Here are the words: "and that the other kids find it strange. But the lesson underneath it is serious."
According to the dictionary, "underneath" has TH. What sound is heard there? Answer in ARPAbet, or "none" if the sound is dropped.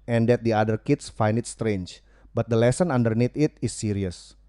T